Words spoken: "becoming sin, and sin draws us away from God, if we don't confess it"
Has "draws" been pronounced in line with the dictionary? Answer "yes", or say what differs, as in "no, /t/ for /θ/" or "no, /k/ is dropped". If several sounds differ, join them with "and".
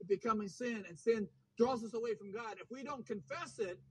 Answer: yes